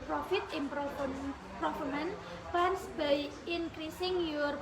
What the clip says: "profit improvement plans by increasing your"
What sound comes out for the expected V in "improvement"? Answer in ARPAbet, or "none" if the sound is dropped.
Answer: F